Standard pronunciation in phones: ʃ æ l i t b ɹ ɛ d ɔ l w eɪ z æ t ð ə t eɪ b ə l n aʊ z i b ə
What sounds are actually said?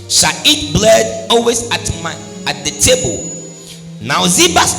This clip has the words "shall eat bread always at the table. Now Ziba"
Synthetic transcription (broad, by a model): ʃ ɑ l i t b l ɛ d ɔ l w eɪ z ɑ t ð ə t eɪ b ə l n aʊ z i b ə